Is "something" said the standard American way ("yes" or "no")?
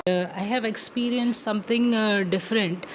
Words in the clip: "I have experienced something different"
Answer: no